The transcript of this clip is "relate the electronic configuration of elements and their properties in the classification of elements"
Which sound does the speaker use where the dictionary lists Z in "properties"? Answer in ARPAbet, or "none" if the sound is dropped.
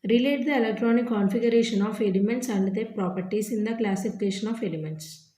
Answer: S